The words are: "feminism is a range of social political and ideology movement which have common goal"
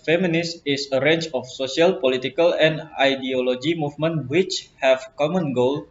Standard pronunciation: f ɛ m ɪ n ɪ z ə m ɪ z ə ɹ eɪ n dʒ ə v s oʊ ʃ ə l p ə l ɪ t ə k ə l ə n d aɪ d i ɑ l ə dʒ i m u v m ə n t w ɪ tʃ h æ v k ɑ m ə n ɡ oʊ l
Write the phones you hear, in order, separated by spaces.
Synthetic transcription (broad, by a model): f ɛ m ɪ n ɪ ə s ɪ s ə ɹ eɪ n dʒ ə f s oʊ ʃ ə l p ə l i t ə k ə l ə n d aɪ d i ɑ l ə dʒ i m u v m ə n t w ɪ tʃ h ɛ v k ɑ m ə n ɡ oʊ l